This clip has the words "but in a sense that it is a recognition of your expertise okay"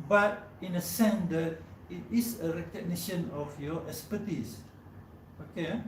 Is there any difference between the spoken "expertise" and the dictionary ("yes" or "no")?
yes